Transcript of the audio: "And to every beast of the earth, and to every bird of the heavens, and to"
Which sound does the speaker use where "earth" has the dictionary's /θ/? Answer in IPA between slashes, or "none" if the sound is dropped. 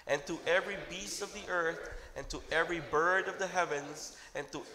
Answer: /θ/